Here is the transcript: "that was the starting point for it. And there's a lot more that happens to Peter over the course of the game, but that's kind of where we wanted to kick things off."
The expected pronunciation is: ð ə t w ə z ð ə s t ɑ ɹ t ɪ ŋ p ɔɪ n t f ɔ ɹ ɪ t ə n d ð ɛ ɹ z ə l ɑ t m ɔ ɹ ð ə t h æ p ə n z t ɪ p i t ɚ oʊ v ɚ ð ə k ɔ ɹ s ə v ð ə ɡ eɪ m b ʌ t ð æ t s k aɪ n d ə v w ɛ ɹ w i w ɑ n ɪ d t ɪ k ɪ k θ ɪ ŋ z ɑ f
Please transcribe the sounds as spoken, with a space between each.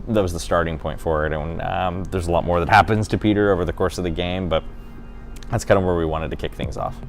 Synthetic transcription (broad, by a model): ð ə t w ə z ð ə s t ɑ ɹ t ɪ ŋ p ɔɪ n t f ɔ ɹ ɪ t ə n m ð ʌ ɹ z ə l ɑ t m ɔ ɹ ð ə t h æ p ə n z t ɪ p i t ɚ oʊ v ɚ ð ə k ɔ ɹ s ə v ð ə ɡ eɪ m b ʌ t ð æ t s k aɪ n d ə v w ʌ ɹ w i w ɑ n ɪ d t ɪ k ɪ k θ ɪ ŋ z ɑ f